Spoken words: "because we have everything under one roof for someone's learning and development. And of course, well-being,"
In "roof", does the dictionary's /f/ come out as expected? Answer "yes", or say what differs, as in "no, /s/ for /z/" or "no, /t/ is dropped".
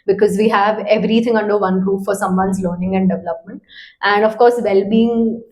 no, /p/ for /f/